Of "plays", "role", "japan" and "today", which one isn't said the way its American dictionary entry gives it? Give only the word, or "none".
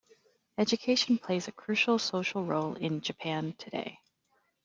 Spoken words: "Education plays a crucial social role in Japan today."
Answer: none